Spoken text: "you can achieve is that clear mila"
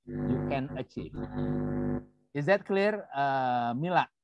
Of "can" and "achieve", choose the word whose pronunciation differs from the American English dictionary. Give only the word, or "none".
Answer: none